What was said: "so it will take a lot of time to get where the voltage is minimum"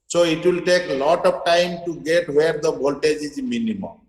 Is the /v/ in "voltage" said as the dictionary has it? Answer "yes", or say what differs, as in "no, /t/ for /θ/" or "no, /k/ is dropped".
no, /b/ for /v/